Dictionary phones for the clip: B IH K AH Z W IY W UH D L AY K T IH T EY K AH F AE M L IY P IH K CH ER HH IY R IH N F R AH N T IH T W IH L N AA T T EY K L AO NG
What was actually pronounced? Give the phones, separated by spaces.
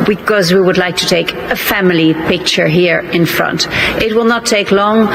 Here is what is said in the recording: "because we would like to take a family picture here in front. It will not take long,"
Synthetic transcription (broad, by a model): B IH K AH Z W IY W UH D L AY K T IH T EY K AH F AE M L IY P IH K CH ER HH IY R IH N F R AH N T IH T W IH L N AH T T EY K L AO NG